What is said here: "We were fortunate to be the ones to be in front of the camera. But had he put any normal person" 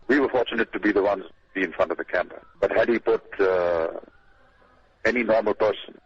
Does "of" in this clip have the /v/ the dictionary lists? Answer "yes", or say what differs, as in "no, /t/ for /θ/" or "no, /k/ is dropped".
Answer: yes